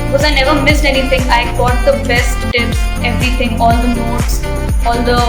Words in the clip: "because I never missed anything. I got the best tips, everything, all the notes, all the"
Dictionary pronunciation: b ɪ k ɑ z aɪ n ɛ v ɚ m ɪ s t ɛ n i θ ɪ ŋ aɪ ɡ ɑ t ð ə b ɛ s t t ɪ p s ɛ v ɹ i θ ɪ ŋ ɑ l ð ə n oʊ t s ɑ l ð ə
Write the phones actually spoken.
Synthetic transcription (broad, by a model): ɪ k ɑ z aɪ n ɛ v ɚ m ɪ s t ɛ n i t ɪ ŋ aɪ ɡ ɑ t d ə b ɛ s t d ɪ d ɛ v ɹ i t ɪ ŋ ɑ l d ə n oʊ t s ɑ l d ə